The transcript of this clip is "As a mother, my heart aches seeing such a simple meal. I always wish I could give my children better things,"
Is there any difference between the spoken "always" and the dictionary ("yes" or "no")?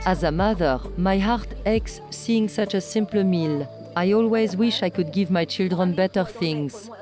no